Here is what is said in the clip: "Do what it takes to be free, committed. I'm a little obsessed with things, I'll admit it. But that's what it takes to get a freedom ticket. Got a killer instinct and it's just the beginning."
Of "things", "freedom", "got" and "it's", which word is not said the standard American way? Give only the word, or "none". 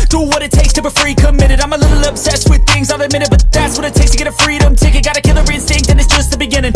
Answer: none